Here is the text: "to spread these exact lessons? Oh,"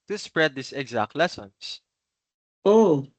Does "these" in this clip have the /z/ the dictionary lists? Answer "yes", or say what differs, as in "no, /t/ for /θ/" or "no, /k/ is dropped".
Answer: no, /s/ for /z/